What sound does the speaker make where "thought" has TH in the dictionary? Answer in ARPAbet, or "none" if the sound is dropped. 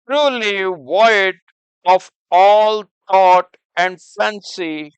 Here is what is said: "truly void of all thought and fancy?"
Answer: T